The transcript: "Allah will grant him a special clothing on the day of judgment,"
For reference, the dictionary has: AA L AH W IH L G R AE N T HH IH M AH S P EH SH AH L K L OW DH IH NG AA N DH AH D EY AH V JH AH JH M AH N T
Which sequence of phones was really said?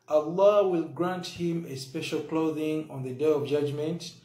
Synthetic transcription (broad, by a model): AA L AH W IH L G R AE N T HH IH M AH S P EH SH AH L K L OW DH IH NG AA N DH AH D EY AH V JH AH JH M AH N T